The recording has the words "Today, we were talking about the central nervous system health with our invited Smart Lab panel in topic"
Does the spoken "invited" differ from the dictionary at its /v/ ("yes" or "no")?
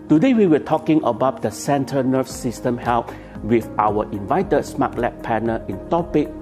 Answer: no